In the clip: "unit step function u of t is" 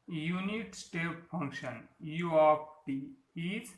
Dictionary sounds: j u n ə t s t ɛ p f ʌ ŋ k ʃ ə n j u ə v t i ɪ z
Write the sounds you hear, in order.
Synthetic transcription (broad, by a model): j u n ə t s t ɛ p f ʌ ŋ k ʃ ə n j u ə p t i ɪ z